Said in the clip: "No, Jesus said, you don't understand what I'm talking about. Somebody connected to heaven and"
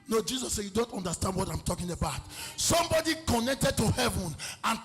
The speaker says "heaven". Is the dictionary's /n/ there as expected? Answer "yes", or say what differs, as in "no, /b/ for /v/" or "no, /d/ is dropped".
yes